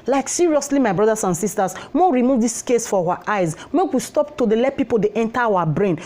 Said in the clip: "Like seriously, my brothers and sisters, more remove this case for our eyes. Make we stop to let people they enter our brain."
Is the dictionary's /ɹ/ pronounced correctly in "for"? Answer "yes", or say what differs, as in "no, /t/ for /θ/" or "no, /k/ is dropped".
no, /w/ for /ɹ/